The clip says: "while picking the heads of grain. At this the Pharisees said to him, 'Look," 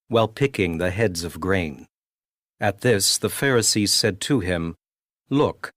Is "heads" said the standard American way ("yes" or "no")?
yes